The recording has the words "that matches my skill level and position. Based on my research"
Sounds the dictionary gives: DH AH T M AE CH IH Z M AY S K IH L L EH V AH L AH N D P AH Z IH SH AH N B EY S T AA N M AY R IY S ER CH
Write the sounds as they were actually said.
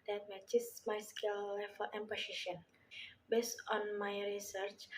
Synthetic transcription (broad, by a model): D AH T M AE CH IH S M AY S K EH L L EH F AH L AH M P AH S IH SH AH N B EY S T AA N M AY R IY S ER CH